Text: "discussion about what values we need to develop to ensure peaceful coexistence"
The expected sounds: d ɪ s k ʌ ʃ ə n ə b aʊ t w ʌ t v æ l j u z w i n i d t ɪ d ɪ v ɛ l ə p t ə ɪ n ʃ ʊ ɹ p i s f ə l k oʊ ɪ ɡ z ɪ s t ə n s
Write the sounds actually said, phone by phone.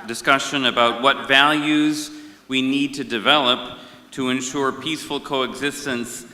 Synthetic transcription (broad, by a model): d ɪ s k ʌ ʃ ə n ə b aʊ t w ʌ t v æ l j u z w i n i d t ɪ d ɪ v ɛ l ə p t ə ɪ n ʃ ʊ ɹ p i s f l k oʊ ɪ ɡ z ɪ s t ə n s